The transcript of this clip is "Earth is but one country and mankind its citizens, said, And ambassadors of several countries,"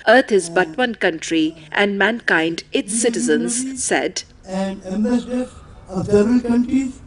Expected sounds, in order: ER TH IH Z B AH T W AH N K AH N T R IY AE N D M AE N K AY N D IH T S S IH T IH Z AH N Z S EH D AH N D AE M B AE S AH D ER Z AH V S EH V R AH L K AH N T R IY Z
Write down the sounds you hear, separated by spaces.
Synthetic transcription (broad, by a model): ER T IH Z B AH T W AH N K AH N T R IY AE N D M AE N K AY N D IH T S S IH T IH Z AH N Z S EH D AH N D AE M AH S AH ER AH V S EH R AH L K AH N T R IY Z